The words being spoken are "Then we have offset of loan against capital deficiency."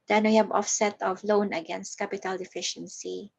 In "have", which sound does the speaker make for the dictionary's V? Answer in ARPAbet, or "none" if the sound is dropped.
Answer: B